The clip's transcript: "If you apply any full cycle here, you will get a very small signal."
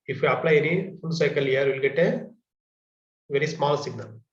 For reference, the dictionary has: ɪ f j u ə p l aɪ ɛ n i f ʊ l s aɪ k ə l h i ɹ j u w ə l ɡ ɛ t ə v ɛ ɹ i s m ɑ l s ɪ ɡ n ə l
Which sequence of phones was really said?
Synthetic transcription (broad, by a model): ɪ f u ə p l aɪ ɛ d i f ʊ n s aɪ k ə l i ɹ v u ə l ɡ ɛ t ə v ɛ ɹ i s m ɑ l s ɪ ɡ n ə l